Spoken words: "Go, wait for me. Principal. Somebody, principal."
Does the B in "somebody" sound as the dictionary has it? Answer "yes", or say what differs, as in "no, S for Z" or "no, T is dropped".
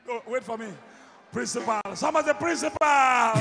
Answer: no, B is dropped